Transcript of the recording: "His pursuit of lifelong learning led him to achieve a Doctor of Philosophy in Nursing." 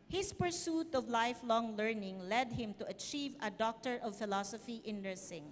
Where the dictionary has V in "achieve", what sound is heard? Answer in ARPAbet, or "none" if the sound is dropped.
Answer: V